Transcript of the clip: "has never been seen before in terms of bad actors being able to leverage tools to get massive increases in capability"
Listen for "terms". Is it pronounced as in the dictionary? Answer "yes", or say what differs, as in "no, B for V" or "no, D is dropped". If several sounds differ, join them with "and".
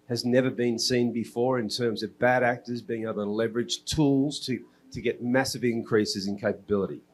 yes